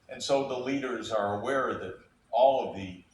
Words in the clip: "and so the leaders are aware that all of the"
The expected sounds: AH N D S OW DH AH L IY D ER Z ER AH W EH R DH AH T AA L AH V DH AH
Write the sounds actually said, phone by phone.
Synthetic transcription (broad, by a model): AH N S OW DH AH L IY D ER Z ER AH W EH R DH AH T AA L AH V DH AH